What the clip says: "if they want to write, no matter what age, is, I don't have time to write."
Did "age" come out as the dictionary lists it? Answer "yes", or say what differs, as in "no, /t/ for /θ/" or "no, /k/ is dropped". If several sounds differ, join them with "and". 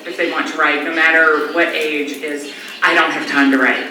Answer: yes